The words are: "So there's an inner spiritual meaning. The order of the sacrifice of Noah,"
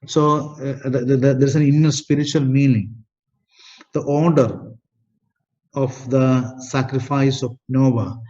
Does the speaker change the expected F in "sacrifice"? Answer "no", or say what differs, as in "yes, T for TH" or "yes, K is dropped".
no